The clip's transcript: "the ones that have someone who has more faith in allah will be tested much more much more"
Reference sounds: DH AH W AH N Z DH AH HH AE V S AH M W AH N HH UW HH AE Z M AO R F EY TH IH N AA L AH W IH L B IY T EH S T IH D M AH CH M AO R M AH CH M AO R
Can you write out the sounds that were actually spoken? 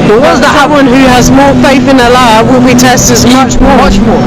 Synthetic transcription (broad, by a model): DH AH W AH Z DH AH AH W AH N HH UW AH Z M AO R F EY TH IH N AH L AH W IH L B IY T EH S T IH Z M AH CH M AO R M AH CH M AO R